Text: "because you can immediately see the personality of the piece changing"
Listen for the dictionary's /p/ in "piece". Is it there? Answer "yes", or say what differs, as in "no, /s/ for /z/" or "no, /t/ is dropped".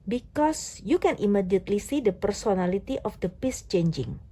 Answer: yes